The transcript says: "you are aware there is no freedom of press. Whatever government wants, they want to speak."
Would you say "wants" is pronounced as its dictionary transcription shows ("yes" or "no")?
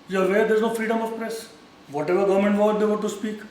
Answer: no